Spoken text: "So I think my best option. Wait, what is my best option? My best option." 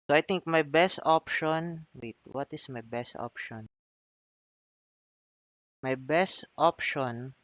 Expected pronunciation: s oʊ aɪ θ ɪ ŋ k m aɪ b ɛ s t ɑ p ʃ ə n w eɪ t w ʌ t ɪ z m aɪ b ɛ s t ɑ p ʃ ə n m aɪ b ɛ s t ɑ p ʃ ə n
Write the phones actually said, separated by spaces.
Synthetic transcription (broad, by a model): s oʊ aɪ t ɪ ŋ k m aɪ b ɛ s t ɑ p ʃ ə n w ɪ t w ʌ t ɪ s m aɪ b ɛ s t ɑ p ʃ ə n m aɪ b ɛ s t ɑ p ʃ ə n